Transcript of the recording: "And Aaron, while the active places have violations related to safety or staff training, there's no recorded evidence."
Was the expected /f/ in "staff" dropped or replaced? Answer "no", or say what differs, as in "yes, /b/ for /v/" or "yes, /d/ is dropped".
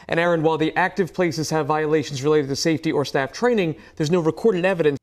no